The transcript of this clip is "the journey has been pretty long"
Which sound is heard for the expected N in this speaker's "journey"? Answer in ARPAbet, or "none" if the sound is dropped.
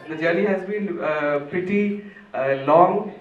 L